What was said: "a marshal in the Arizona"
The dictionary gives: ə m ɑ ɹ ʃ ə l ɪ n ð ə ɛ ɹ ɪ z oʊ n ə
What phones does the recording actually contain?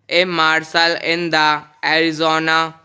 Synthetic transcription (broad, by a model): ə m ɑ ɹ s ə l ɪ n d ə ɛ ɹ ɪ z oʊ n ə